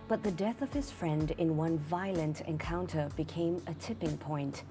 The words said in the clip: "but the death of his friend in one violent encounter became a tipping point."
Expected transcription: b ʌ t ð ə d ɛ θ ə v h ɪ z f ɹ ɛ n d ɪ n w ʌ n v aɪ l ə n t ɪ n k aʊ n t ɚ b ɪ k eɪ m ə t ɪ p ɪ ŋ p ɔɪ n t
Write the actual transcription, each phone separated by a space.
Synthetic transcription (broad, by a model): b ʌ t ð ə d ɛ θ ə v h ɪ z f ɹ ɛ n d ɪ n w ʌ n v aɪ l ə n t ɪ n k aʊ n t ɚ b ɪ k eɪ m ə t ɪ p ɪ ŋ p ɔɪ n t